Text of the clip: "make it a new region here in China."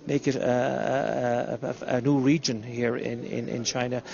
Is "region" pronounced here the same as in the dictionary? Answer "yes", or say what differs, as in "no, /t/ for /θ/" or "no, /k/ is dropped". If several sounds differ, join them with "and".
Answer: yes